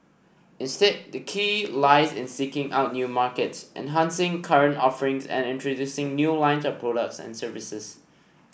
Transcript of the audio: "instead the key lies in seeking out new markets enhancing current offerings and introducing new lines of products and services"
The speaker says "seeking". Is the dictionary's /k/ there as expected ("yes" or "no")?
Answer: yes